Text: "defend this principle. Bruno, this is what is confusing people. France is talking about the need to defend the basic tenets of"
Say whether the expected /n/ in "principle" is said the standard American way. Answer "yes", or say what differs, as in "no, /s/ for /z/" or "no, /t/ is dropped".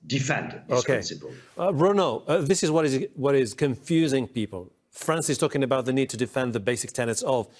no, /n/ is dropped